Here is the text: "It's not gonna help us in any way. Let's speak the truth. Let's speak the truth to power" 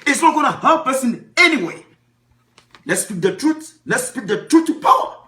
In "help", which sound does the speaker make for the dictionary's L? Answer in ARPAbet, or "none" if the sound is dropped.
none